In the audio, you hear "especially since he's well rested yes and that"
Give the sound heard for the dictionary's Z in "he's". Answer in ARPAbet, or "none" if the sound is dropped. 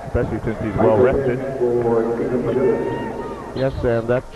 Z